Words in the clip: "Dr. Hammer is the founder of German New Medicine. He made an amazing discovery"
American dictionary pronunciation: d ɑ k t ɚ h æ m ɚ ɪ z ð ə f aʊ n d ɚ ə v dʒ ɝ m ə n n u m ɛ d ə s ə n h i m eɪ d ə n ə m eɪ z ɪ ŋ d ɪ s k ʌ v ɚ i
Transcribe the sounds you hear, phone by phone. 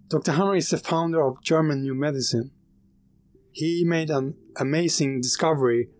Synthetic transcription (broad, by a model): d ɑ k t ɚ h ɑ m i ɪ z ð ə f aʊ n d ɚ ə v dʒ ɝ m ə n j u m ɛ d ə s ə n h i m eɪ d ə n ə m eɪ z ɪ ŋ d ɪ s k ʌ v ɚ i